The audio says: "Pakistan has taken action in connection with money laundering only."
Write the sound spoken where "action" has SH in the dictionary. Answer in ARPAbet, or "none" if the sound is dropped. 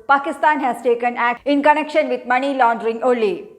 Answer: none